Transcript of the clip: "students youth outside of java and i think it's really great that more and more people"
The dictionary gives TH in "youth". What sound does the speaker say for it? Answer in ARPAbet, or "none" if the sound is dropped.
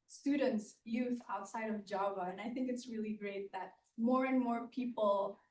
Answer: TH